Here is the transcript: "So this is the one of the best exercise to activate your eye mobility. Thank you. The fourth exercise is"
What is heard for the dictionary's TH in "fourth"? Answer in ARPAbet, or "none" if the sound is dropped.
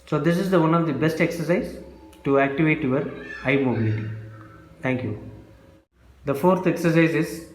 T